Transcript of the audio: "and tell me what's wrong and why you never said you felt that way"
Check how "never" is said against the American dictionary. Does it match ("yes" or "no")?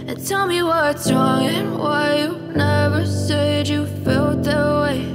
yes